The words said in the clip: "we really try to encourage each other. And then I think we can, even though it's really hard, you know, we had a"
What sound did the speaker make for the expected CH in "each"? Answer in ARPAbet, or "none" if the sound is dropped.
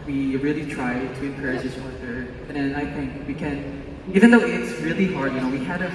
S